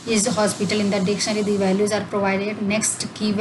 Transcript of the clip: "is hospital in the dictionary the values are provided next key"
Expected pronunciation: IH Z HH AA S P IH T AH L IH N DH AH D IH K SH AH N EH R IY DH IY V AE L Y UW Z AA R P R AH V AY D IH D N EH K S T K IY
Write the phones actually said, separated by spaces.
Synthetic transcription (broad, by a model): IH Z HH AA S P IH T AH L IH N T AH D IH K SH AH N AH L IY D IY V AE L Y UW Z AA R P R AH V AY D IH D N EH K S T K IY